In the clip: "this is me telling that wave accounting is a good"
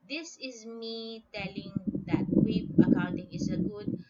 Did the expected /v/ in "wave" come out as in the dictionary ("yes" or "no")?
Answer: no